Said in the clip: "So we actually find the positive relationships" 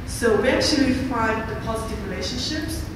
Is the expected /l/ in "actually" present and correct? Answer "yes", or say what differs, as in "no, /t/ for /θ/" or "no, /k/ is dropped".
yes